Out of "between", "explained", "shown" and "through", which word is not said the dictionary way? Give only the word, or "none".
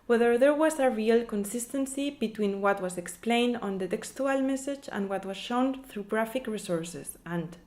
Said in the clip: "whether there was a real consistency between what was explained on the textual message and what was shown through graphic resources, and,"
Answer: none